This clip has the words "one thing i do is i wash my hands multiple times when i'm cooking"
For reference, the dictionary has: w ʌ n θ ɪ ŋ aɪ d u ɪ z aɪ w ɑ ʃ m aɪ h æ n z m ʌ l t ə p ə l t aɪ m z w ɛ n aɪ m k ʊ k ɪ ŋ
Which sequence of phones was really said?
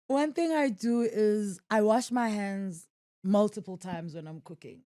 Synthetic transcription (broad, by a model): w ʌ n θ ɪ ŋ aɪ d u ɪ z aɪ w ɑ ʃ m aɪ h æ n z m ʌ l t ə p ə l t aɪ m z w ɛ n aɪ m k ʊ k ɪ ŋ